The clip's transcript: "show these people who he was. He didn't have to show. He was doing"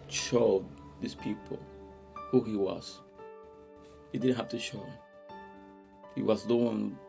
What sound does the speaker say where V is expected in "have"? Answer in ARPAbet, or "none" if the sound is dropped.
F